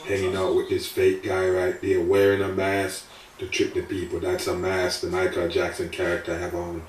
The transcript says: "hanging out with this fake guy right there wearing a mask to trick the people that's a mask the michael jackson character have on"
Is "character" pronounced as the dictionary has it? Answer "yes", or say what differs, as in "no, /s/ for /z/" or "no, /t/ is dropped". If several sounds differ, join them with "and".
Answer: yes